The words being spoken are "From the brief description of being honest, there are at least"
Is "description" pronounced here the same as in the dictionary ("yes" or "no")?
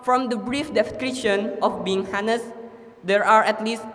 no